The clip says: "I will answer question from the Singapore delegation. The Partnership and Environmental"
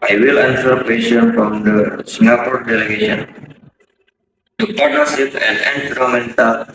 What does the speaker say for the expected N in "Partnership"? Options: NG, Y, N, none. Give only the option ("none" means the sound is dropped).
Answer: none